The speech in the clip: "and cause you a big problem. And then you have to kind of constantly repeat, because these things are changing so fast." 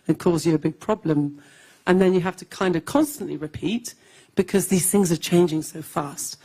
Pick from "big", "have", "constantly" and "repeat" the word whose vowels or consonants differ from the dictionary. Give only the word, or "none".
have